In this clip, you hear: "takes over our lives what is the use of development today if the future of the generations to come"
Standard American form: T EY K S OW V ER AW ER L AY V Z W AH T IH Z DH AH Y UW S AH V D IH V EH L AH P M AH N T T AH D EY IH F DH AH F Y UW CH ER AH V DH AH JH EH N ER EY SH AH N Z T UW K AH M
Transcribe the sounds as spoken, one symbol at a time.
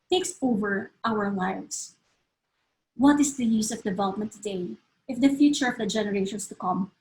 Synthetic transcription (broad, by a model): T EY K S OW V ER AW ER L AY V S W AH T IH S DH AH Y UW S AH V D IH V EH L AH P M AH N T T AH D EY IH F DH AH F Y UW CH ER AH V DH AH JH EH N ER EY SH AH N S T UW K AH M